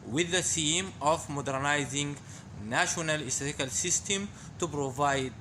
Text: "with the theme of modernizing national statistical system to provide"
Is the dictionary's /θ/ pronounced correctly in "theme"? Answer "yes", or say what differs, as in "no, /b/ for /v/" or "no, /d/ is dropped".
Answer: no, /s/ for /θ/